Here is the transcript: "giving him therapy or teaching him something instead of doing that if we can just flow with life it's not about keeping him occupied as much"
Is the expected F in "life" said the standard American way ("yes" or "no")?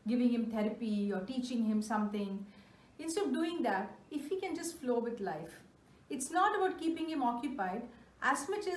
yes